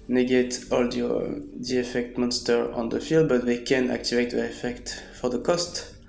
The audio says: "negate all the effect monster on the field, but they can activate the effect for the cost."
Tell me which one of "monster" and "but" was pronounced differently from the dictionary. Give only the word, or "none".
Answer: none